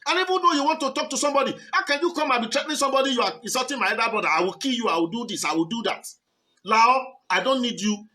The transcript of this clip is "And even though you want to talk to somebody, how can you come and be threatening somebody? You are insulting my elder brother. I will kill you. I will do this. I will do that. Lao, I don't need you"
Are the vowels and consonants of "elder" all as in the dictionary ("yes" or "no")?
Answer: no